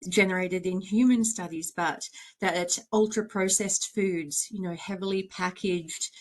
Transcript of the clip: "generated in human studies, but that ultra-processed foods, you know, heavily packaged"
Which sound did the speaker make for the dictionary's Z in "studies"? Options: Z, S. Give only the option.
Z